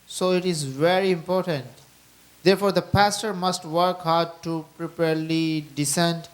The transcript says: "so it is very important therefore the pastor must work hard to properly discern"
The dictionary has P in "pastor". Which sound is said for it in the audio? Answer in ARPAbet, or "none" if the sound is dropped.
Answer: P